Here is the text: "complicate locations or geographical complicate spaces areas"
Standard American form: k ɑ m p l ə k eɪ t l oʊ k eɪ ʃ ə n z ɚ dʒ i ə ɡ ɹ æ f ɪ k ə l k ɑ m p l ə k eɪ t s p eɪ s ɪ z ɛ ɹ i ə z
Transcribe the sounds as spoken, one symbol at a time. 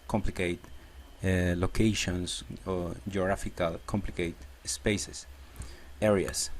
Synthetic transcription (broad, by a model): k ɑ m p l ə k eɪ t l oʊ k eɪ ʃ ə n s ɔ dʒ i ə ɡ ɹ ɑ f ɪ k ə l k ɑ m p l ə k eɪ t s p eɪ s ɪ s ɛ ɹ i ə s